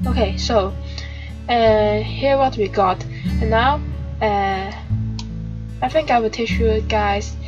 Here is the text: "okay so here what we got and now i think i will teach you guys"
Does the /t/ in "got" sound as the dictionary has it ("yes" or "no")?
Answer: yes